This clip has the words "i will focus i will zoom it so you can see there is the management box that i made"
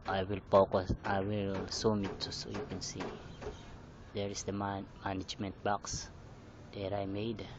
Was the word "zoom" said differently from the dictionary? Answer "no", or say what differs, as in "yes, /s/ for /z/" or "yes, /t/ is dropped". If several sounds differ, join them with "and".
yes, /s/ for /z/